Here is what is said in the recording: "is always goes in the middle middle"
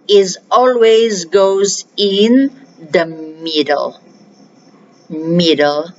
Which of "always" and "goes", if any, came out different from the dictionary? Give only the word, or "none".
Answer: none